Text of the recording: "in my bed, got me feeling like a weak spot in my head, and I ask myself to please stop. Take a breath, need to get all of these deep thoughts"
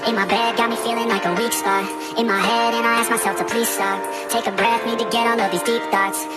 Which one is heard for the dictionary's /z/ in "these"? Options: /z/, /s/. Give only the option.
/z/